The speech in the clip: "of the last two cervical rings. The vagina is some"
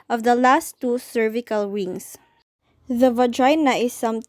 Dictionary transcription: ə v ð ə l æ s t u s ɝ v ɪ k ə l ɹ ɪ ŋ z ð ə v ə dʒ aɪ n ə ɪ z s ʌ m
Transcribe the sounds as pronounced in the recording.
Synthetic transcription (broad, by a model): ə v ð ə l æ s t u s ɝ v ɪ k ə l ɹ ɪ ŋ s ð ə v ə dʒ aɪ n ə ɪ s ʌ m